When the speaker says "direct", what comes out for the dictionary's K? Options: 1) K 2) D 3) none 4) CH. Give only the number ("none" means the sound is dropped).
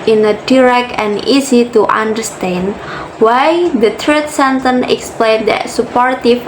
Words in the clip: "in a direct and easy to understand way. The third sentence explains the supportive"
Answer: 1